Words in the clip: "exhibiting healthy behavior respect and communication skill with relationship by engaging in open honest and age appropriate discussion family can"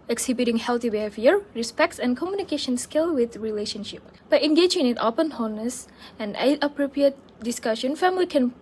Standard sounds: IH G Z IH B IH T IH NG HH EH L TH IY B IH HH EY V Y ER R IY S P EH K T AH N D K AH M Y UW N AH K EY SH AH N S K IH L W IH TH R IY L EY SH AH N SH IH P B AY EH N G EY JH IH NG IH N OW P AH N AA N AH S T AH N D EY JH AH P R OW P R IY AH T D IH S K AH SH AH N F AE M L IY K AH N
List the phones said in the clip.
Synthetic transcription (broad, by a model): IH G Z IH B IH T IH NG HH EH L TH IY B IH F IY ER R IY S P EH K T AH N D K AH M Y UW N AH K EY SH AH N S K IH L W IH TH R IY L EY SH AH N SH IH P B AY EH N G EY JH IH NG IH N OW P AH N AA N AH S AH N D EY AH P R OW P R IY AH T D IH S K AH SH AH N F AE M L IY K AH N